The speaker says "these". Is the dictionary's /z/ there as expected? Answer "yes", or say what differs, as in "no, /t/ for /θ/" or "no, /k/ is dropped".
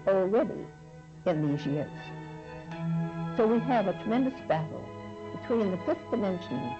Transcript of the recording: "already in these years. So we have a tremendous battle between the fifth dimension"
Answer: yes